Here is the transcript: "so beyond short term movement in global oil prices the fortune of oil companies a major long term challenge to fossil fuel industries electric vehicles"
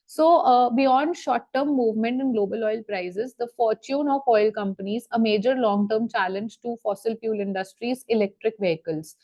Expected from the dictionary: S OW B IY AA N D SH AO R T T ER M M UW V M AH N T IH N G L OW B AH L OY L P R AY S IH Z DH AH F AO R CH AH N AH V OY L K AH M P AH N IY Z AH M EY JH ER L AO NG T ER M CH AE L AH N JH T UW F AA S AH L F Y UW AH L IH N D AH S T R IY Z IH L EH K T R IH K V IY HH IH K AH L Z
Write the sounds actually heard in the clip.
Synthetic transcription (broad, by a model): S OW B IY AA N D SH AO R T T ER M M UW V M AH N T IH N G L OW B AH L OY L P R AY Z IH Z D AH F AO R CH AH N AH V OY L K AH M P AH N IY Z AH M EY JH ER L AO NG T ER M CH AE L AH N JH T UW F AA S AH L P Y UW L IH N D AH S T R IY Z IH L EH K T R IH K V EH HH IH K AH L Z